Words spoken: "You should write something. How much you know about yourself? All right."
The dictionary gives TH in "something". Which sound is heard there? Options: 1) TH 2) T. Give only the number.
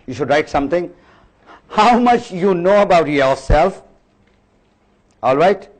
2